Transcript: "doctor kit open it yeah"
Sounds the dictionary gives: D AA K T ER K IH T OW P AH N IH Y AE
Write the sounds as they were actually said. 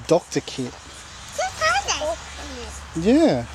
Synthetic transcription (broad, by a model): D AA K T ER K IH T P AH IH Y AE